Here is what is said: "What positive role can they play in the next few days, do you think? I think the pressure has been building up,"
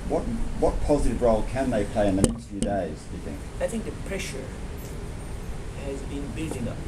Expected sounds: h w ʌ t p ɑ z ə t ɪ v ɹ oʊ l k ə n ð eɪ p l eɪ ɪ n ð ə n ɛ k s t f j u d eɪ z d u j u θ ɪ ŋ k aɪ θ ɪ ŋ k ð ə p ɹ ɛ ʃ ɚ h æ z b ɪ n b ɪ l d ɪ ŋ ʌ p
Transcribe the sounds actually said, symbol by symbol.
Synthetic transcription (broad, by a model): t w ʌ t p ɑ z ə t ɪ v ɹ oʊ l k ə n ð eɪ p l eɪ ɪ n ð ə n ɛ k s t f j u d eɪ z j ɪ θ ɪ ŋ k aɪ θ ɪ ŋ k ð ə p ɹ ɛ ʃ ɚ h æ z b ɪ n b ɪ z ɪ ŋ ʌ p